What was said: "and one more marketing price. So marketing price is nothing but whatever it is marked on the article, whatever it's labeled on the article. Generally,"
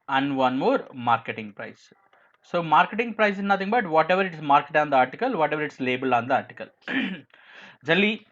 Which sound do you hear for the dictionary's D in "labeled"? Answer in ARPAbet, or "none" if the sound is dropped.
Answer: none